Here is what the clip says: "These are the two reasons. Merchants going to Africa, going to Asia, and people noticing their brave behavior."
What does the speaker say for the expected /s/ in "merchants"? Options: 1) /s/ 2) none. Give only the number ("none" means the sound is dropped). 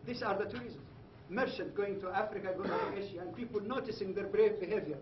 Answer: 2